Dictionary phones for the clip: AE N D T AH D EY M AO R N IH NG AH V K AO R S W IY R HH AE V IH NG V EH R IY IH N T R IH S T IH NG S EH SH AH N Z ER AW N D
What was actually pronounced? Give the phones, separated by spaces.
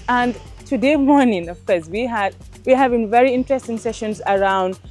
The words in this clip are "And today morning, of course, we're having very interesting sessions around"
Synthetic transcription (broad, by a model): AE N D T AH D EY M AO R N IH NG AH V K AO R S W IY W HH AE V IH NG V EH R IY IH N T R IH S T IH NG S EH SH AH N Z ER AW N D